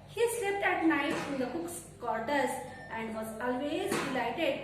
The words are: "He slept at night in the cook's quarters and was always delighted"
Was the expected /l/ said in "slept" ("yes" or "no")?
no